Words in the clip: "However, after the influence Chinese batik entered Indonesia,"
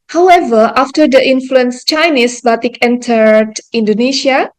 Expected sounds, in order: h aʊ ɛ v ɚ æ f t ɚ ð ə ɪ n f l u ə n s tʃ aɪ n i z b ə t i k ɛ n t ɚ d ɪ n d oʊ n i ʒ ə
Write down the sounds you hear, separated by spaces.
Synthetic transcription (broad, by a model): h aʊ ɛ v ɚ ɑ f t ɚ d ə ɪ n f l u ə n s tʃ aɪ n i s b ə t i k ɛ n t ɚ d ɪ n d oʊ n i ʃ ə